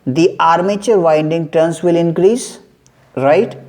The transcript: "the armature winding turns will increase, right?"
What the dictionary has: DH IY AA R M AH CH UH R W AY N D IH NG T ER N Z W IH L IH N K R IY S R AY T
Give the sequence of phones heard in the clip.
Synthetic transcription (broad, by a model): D IY AA R M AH CH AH R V AY N D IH NG T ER N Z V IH L IH N K R IY S R AY T